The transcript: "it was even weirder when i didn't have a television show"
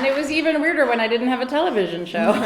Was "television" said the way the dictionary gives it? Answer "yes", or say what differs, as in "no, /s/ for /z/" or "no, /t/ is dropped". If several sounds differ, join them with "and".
yes